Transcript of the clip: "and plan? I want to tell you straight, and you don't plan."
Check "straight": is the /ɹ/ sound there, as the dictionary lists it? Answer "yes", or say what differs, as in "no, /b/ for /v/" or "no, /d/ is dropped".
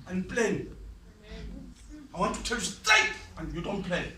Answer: no, /ɹ/ is dropped